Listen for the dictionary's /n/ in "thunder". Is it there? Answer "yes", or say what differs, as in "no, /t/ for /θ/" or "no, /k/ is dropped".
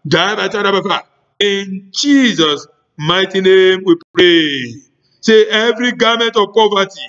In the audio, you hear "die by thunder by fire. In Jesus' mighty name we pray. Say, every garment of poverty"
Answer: no, /n/ is dropped